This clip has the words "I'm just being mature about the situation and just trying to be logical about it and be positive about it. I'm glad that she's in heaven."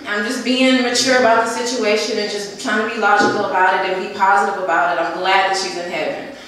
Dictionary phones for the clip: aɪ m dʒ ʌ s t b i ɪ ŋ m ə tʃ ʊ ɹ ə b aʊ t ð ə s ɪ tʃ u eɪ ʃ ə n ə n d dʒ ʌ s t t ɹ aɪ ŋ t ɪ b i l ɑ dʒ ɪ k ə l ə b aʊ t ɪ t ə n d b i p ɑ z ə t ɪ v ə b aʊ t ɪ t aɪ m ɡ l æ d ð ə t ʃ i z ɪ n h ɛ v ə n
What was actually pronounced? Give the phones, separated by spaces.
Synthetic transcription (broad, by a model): aɪ m dʒ ʌ s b i ɪ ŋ m ə tʃ ʊ ɹ ə b aʊ t ð ə s ɪ tʃ u eɪ ʃ ə n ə n dʒ ʌ s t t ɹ aɪ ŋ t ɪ b i l ɑ dʒ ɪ k l ə b aʊ t ɪ t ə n b i p ɑ z ə t ɪ v ə b aʊ t ɪ t aɪ m ɡ l æ d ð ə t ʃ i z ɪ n h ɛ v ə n